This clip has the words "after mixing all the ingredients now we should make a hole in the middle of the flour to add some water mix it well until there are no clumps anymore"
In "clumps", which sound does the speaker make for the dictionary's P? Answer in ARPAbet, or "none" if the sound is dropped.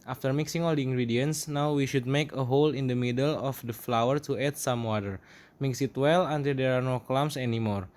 none